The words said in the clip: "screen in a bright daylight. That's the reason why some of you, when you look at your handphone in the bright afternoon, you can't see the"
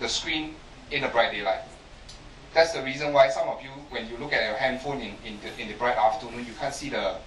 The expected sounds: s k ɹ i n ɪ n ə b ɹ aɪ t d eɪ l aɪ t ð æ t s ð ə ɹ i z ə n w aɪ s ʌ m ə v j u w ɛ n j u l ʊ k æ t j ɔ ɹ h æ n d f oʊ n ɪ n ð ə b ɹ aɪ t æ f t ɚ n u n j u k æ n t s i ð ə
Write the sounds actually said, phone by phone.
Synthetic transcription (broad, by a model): s k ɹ i n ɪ n ə b ɹ aɪ t d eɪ l aɪ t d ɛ t s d ə ɹ i z ə n w aɪ s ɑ m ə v j u w ɛ n j u l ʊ k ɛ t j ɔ h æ n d f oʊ n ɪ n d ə b ɹ aɪ t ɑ f t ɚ n u n j u k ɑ n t s i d ə